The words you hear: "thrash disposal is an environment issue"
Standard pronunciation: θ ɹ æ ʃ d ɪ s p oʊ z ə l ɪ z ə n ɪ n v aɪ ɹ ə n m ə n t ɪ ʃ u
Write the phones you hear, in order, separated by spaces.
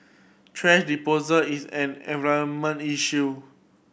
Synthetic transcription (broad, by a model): t ɹ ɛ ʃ d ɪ p oʊ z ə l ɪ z ə n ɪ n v aɪ ə m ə n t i ʃ u